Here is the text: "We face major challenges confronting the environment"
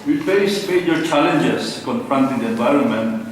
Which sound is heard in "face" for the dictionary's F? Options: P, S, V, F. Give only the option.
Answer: P